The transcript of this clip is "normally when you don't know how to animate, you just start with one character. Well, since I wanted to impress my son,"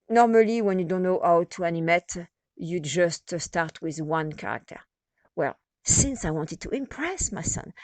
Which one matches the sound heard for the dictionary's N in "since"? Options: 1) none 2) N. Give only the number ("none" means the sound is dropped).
2